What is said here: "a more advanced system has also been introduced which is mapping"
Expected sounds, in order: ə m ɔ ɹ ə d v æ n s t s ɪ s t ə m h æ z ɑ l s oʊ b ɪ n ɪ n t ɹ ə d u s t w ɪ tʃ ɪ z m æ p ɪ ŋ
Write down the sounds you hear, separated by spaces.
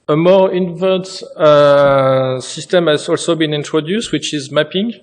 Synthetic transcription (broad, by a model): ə m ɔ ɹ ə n v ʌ s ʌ s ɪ s t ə m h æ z ɑ l s oʊ b ɪ n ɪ n t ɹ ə d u s t w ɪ tʃ ɪ z m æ p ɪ ŋ